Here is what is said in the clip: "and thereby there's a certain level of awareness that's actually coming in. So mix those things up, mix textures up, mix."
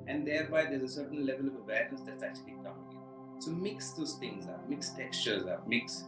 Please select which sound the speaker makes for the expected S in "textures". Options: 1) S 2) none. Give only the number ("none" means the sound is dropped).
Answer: 1